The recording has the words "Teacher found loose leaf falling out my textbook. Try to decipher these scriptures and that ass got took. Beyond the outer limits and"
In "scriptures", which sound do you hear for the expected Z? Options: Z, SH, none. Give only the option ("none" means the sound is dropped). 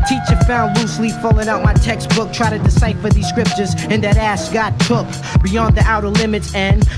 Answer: Z